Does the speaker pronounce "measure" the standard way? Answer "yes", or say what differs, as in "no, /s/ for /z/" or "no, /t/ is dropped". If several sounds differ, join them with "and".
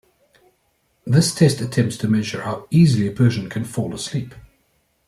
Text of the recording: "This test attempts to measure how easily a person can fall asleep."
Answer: yes